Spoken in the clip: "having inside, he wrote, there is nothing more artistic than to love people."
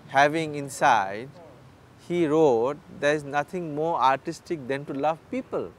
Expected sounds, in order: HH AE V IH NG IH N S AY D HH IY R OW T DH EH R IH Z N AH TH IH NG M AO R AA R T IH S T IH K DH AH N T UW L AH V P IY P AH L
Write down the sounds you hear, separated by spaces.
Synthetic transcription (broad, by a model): HH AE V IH NG IH N S AY D HH IY R OW T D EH R IH Z N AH T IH NG M AO R AA R T IH S T IH K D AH N T UW L AH V P IY P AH L